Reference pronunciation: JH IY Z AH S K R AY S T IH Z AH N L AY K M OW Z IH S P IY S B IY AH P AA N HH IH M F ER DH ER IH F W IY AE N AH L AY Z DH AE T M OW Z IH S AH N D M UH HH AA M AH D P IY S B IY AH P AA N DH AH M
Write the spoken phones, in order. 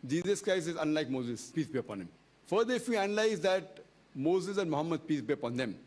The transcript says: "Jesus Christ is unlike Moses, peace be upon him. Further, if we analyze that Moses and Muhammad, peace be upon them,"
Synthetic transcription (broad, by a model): JH IY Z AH S K R AY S IH Z AH N L AY K M OW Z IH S P IY S B IY AH P AA N HH IH M F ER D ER IH F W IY AE N AH L AY Z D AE T M OW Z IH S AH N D M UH HH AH M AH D P IY S B IY AH P AA N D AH M